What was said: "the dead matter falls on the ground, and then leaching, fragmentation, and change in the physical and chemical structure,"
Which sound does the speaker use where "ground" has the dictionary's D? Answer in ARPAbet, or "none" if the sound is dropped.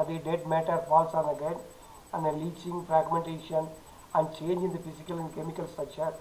none